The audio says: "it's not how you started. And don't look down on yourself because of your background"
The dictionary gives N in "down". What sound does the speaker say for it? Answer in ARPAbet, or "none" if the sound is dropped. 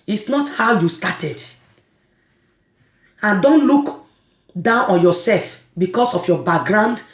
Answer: N